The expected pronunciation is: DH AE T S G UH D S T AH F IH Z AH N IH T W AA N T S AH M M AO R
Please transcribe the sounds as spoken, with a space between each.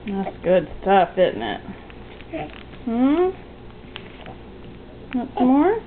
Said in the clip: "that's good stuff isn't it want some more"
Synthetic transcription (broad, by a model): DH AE T S G UH D S T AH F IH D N IH T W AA T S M M AO R